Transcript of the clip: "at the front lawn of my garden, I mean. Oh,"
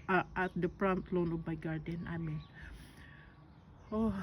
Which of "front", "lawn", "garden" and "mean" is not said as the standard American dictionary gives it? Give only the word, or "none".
front